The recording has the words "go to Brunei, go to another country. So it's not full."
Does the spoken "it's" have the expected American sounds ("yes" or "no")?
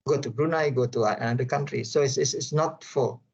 no